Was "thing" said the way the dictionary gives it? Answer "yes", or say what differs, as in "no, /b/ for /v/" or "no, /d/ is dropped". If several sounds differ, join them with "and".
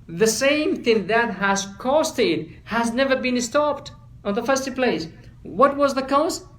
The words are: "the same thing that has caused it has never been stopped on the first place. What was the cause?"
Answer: yes